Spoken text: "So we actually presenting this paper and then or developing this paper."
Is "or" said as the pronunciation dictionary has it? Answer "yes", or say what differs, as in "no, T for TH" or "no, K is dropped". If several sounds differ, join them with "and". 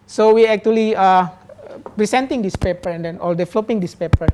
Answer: no, L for R